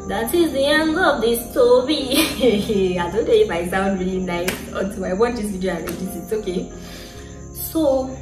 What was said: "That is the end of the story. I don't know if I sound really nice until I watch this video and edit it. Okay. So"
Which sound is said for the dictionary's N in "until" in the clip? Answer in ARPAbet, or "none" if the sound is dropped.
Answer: none